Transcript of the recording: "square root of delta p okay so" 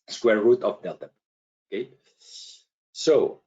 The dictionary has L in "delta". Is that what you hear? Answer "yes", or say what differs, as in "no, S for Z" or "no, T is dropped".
no, L is dropped